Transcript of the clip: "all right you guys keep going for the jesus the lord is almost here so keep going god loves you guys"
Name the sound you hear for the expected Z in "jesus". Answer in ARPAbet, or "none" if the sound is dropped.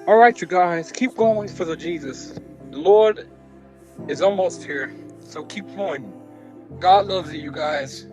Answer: Z